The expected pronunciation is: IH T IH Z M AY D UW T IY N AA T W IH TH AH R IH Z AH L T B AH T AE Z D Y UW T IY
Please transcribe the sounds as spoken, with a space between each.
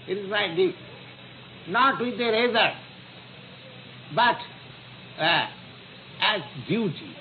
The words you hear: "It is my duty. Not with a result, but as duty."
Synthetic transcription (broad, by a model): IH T IH Z M AY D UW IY N AA T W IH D AH R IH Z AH T B AH T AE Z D Y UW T IY